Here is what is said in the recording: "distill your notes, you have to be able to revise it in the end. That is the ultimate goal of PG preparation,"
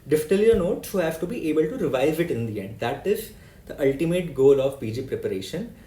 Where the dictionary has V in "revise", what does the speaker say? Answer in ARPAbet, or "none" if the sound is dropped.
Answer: V